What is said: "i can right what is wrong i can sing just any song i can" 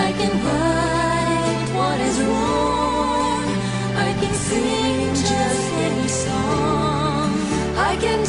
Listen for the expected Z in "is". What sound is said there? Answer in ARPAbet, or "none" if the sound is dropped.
Z